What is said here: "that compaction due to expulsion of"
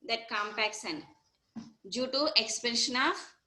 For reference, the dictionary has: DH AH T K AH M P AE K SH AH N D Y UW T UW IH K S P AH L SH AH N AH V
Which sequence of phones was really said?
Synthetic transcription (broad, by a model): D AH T K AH M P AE K S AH N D Y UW T UW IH K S P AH N SH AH N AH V